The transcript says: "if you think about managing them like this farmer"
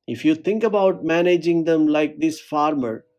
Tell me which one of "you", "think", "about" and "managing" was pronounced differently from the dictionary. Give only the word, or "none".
think